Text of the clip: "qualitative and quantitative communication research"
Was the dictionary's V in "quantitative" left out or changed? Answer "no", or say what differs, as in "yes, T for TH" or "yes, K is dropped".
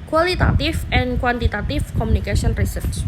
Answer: yes, F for V